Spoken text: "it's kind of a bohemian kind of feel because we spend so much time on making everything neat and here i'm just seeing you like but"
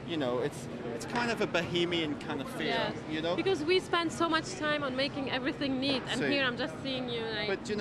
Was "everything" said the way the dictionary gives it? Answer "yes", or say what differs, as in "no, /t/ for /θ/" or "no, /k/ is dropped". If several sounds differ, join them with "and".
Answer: yes